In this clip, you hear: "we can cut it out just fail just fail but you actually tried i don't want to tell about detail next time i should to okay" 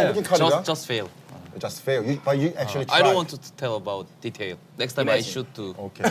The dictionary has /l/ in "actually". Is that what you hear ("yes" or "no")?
no